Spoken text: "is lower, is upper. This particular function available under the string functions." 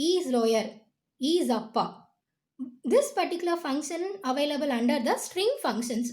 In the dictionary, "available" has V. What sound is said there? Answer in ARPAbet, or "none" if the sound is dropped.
V